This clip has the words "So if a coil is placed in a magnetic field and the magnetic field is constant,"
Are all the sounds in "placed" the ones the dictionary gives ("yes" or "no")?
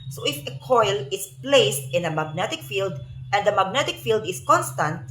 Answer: yes